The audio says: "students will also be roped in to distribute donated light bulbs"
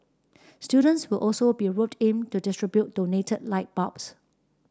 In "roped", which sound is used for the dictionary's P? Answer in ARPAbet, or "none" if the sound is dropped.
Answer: none